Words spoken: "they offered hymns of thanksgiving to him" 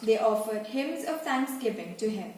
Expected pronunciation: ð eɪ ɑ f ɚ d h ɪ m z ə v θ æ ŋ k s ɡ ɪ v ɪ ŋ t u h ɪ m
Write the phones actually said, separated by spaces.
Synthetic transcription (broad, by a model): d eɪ ɑ f ɚ d h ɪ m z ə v t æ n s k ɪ p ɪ ŋ t u h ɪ m